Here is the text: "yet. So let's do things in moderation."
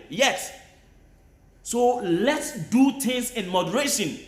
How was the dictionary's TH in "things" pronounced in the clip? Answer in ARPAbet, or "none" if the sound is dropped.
T